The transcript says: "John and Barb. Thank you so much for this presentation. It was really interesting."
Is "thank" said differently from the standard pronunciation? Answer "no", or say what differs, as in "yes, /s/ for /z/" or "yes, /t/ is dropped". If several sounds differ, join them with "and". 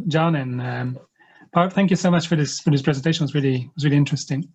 no